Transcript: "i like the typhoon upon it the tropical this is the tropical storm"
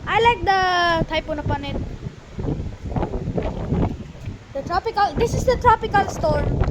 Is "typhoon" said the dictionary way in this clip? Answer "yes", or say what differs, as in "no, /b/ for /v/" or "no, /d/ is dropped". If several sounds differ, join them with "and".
no, /p/ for /f/